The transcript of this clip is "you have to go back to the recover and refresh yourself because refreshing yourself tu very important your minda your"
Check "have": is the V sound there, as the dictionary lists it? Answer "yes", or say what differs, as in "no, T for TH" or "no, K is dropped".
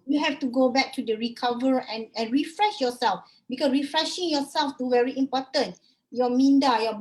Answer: no, F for V